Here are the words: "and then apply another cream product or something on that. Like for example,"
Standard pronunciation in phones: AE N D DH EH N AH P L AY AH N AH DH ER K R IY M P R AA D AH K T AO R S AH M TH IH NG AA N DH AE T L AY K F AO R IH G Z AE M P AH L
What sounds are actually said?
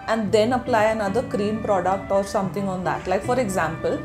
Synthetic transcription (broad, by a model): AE N D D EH N AH P L AY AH N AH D ER K R IY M P R AA D AH K T AO R S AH M T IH NG AA N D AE T L AY K F AO R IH G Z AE M P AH L